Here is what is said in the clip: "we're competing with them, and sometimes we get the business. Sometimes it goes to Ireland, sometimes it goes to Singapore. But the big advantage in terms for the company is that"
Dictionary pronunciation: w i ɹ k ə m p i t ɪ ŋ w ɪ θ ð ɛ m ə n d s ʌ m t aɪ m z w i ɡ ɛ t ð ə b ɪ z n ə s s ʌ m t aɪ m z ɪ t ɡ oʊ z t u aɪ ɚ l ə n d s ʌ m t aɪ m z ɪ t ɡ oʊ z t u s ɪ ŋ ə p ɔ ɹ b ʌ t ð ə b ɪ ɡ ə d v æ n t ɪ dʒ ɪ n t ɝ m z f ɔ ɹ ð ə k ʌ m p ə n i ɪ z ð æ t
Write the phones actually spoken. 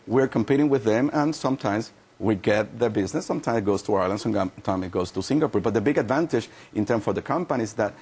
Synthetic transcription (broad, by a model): w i ɹ k ə m p i t ɪ ŋ w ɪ ð ɛ m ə n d s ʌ m t aɪ m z w i ɡ ɛ t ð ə b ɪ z n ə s s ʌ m t aɪ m s ɪ t ɡ oʊ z t u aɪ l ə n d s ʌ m t aɪ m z ɪ t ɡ oʊ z t u s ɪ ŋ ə p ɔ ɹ b ʌ t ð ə b ɪ ɡ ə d v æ n t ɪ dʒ ɪ n t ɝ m f ɔ ɹ ð ə k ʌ m p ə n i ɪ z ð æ t